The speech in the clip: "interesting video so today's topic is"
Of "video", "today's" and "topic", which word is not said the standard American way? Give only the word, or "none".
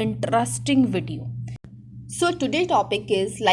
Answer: today's